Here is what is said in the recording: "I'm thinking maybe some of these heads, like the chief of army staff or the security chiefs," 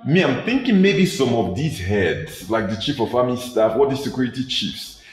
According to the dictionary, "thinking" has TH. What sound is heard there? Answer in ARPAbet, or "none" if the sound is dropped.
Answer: TH